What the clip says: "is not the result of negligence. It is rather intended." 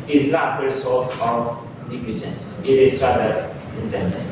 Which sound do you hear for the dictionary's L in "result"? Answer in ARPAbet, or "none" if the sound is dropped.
none